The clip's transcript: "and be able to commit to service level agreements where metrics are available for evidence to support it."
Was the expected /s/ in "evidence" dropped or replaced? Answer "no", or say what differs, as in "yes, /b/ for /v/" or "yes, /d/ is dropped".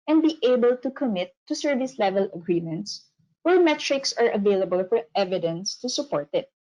no